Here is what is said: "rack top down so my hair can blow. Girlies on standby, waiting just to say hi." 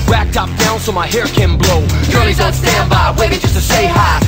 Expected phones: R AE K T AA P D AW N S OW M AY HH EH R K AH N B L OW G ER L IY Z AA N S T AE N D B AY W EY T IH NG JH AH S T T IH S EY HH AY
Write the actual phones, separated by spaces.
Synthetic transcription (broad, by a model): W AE K T AA P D AW N S OW M AY HH EH R K AH N B L OW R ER IY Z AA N S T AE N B AY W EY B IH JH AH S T T IH S EY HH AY